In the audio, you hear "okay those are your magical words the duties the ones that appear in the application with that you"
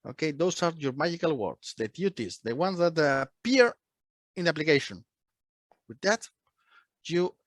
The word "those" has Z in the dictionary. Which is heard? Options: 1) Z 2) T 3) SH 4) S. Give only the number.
4